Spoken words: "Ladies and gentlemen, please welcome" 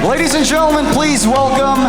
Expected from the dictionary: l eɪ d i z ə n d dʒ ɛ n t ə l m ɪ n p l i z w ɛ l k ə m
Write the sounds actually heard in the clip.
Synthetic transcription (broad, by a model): l eɪ d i z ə n dʒ ɛ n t l m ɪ n p l i z w ɛ l k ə m